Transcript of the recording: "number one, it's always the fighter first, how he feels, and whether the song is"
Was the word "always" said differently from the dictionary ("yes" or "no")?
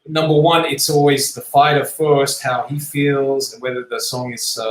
no